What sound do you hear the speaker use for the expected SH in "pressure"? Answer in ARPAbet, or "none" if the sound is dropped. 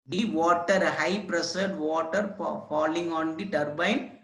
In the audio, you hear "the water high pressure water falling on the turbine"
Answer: S